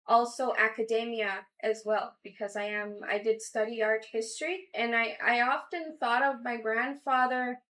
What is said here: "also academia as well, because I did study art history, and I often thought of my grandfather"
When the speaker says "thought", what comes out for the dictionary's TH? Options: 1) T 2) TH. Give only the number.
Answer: 2